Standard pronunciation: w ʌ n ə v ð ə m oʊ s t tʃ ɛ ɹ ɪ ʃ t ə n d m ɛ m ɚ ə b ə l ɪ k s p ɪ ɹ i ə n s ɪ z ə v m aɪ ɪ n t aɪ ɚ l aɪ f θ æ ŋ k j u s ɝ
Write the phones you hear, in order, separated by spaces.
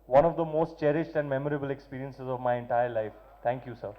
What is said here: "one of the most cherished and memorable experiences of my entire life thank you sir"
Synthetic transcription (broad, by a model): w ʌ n ə v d ə m oʊ s t tʃ ɛ ɹ ɪ ʃ t ə n d m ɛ m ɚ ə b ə l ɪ k s p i ɹ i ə n s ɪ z ə v m aɪ ɪ n t aɪ ɚ l aɪ f t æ ŋ k j u s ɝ